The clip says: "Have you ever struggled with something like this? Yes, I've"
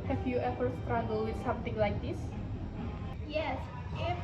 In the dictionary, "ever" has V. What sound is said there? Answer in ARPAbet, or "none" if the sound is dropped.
F